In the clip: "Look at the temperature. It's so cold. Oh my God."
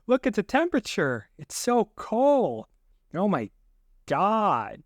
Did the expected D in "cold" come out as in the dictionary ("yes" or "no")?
no